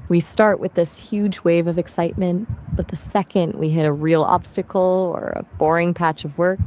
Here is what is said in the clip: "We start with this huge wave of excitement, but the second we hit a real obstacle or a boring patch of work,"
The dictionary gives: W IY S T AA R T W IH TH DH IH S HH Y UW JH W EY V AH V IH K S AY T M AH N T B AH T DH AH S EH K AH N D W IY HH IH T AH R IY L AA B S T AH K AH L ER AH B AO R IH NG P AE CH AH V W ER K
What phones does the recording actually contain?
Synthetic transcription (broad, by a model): W IY S T AA R T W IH DH IH S HH Y UW JH W EY V AH V IH K S AY T M AH N T B AH T DH AH S EH K AH N D W IY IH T AH R IY L AA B S T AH K L ER AH B AO R IH NG P AE CH AH V W ER K